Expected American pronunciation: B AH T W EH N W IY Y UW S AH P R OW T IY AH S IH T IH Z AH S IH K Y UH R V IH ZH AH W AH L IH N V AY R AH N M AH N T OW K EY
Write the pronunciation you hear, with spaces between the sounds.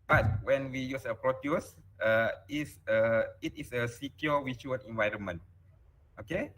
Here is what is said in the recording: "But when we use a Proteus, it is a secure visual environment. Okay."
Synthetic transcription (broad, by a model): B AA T W EH N W IY Y UW S AH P R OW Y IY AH S IH T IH S AH S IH K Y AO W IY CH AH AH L IH N V AY R AH N M AH N T OW K EY